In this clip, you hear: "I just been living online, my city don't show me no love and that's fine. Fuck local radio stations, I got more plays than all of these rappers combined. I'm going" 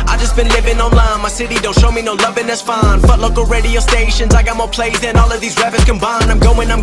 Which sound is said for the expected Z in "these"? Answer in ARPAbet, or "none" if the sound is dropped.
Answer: Z